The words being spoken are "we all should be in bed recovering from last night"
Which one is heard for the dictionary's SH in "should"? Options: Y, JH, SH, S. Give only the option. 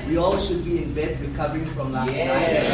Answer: SH